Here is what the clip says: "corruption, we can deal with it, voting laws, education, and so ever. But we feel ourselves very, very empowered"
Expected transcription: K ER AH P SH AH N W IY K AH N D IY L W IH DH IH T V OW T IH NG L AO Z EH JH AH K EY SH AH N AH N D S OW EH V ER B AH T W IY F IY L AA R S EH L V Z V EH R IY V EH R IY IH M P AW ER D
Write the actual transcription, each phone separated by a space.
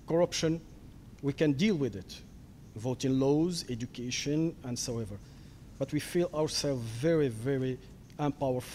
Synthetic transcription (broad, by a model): K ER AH P SH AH N W IY K AH N D IY L W IH DH IH T V OW T IH NG L AO Z EH JH AH K EY SH AH N AH N D S OW EH V ER B AH T W IY F IY L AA R S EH L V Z V EH R IY V EH R IY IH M P AW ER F